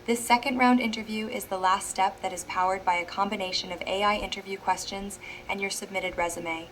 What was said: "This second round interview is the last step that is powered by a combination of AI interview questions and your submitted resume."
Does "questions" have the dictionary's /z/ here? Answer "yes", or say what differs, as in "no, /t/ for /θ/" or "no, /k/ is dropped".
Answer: yes